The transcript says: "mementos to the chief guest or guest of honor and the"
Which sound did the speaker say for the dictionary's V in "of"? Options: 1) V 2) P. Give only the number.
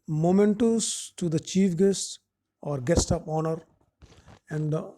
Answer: 2